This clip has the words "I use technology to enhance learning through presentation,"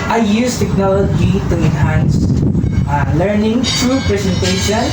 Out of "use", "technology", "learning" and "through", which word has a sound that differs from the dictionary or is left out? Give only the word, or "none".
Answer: through